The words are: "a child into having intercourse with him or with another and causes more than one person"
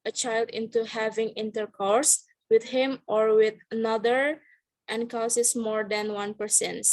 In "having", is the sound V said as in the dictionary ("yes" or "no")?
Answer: yes